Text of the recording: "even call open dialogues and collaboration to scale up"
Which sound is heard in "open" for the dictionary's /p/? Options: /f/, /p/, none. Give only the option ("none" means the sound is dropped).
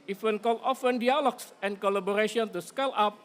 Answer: /f/